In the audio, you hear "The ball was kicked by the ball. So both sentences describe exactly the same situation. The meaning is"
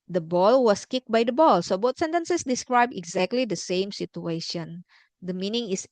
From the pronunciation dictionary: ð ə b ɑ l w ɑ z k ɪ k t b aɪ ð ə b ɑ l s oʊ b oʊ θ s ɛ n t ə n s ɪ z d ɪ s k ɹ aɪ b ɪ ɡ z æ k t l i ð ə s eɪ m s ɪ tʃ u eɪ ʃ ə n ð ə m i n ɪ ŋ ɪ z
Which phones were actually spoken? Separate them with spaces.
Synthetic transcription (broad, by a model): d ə b ɑ l w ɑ s k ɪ k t b aɪ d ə b ɑ l s oʊ b oʊ t s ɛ n t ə n s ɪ s d ɪ s k ɹ aɪ b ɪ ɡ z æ k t l i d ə s eɪ m s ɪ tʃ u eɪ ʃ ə n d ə m i n ɪ ŋ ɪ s